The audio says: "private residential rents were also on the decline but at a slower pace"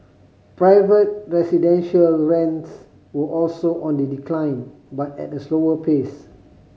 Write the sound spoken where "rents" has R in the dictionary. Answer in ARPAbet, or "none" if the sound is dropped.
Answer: R